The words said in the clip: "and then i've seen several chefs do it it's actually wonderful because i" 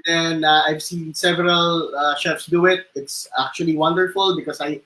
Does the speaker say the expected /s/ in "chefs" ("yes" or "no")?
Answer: yes